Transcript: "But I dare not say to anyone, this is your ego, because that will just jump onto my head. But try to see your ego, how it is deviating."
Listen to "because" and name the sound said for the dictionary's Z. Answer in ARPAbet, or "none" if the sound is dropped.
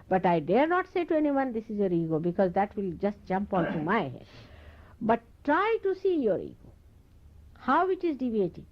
Z